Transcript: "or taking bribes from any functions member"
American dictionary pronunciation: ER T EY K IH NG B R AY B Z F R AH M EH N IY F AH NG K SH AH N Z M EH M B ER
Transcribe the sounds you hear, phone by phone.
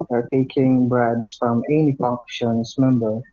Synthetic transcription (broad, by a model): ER T EY K IH NG B R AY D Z F R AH M EH N IY P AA K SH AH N S M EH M B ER